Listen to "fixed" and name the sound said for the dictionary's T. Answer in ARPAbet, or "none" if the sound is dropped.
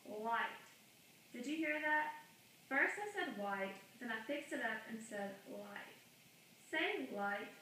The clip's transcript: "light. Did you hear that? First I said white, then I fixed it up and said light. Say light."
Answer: T